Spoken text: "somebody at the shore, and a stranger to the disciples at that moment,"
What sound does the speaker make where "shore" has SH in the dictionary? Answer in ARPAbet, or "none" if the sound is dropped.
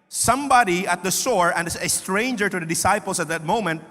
S